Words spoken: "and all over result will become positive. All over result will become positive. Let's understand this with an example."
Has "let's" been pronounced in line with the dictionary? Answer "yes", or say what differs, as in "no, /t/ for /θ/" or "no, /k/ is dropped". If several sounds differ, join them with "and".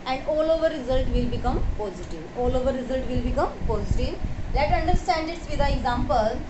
no, /s/ is dropped